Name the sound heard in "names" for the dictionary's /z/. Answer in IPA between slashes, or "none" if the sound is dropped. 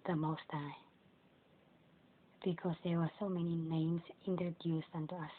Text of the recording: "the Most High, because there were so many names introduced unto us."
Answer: /s/